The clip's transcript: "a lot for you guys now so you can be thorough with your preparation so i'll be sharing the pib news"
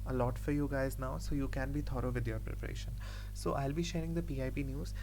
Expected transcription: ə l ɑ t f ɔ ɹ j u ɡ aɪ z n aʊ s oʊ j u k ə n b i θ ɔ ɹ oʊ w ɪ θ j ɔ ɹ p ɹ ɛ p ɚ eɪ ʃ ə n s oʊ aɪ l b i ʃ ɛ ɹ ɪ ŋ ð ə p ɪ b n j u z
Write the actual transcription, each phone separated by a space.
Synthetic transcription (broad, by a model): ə l ɑ t f ɔ ɹ j u ɡ aɪ z n aʊ s oʊ j u k ə n b i t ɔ ɹ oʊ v ɪ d j ɔ ɹ p ɹ ɛ p ɚ eɪ ʃ ə n s oʊ aɪ l b i ʃ ɛ ɹ ɪ ŋ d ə p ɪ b n j u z